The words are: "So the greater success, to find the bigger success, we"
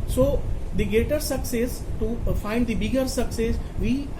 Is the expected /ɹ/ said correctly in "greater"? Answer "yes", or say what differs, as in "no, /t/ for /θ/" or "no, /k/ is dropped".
no, /ɹ/ is dropped